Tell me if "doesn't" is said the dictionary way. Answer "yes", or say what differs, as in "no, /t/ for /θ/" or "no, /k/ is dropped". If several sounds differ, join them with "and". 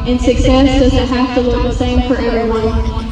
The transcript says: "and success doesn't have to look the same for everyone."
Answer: yes